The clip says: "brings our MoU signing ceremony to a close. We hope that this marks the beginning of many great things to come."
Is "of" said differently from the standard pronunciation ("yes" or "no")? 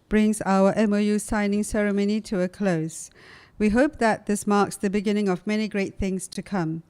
no